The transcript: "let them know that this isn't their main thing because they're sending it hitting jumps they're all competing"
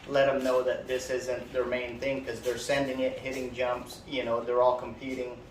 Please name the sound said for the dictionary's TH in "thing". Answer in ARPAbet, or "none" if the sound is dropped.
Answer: TH